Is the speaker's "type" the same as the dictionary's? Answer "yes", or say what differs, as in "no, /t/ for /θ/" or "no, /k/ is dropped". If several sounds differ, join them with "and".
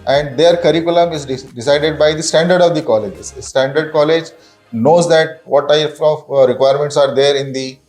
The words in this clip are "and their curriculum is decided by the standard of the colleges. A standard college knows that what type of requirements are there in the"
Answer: no, /f/ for /p/